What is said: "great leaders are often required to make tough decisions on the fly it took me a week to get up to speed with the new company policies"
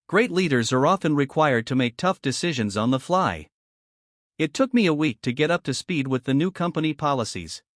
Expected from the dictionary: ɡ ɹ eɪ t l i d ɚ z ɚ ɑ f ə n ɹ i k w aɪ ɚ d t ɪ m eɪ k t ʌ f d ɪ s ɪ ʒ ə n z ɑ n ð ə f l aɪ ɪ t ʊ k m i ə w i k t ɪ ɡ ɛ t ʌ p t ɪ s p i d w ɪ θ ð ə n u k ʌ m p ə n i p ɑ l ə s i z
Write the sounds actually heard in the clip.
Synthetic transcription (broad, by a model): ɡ ɹ eɪ t l i d ɚ z ɚ ɑ f ə n ɹ i k w aɪ ɚ d t ɪ m eɪ k t ʌ f d ɪ s ɪ ʒ ə n z n ð ə f l aɪ ɪ t ʊ k m i ə w i k t ɪ ɡ ɛ t ʌ p t ɪ s p i d w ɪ ð ə n u k ʌ m p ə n i p ɑ l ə s i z